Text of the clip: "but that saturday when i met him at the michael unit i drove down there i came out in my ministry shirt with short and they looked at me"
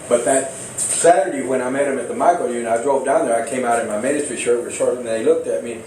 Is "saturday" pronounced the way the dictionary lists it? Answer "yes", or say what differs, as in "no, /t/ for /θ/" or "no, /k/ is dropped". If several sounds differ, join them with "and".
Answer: yes